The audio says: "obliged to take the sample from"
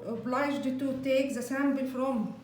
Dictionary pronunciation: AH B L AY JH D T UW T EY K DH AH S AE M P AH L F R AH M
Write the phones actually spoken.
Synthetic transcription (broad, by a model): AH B L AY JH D T UW T EY K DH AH S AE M B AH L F R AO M